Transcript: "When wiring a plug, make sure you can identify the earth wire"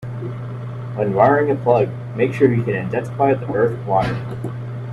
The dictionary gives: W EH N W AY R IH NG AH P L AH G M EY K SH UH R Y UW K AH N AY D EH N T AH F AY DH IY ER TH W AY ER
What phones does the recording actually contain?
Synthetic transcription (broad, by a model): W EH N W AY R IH NG AH P L AH G M EY K SH UH R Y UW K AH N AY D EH N S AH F AY DH IY ER TH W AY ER